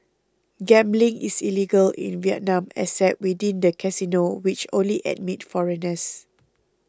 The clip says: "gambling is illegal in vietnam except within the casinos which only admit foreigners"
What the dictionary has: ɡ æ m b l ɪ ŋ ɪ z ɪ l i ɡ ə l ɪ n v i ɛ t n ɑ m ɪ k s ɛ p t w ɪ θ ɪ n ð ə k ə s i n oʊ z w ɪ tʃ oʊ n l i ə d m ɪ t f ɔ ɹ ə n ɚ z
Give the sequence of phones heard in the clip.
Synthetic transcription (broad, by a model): ɡ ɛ m b l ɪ ŋ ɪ s ɪ l i ɡ ə l ɪ n v i ɛ t n ɑ m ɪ s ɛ t w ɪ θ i n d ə k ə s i n oʊ w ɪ tʃ oʊ n l i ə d m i t f ɔ ɹ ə n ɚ s